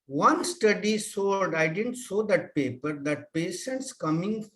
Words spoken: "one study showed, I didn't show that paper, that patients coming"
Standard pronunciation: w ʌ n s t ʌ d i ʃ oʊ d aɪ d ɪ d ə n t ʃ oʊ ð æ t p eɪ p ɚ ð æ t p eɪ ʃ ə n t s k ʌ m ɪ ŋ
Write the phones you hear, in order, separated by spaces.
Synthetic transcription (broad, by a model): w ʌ n s t ʌ d i s oʊ d aɪ d ɪ d ə n t s oʊ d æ t p eɪ p ɚ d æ t p eɪ ʃ ə n t s k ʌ m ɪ ŋ